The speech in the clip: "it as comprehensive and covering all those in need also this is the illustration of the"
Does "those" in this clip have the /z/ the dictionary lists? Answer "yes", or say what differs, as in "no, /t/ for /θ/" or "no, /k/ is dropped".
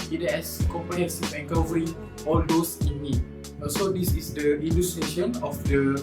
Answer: no, /s/ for /z/